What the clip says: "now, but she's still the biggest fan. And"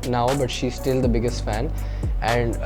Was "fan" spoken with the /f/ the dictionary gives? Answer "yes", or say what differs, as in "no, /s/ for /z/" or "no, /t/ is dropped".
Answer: yes